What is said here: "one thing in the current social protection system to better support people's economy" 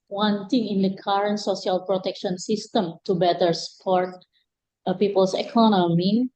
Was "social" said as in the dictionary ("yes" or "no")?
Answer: no